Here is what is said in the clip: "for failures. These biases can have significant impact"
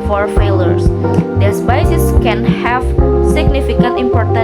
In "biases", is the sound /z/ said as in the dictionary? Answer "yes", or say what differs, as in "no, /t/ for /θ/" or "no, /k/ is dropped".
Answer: no, /s/ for /z/